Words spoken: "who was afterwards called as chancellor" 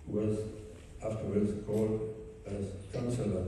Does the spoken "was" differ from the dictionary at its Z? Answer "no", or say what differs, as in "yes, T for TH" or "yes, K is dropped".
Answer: no